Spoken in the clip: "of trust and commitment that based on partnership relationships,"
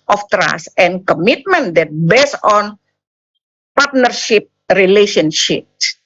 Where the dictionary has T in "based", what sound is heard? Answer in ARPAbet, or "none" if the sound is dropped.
none